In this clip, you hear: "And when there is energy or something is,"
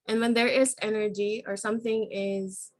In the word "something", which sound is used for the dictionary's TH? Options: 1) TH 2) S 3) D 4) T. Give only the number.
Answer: 1